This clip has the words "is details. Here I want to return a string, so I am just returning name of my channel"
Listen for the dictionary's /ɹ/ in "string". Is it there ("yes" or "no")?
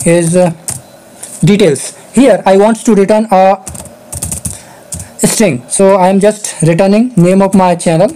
yes